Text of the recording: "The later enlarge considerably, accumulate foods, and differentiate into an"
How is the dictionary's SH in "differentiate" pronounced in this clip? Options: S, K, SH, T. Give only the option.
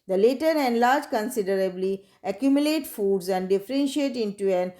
SH